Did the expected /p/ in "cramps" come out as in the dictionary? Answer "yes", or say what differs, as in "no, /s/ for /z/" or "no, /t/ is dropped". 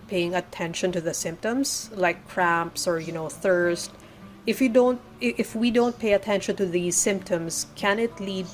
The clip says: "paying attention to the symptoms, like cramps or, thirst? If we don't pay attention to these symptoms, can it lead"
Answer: yes